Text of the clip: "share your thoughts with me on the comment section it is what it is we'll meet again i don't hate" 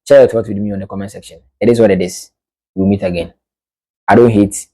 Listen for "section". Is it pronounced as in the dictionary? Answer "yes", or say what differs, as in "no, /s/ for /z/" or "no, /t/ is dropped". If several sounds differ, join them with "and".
yes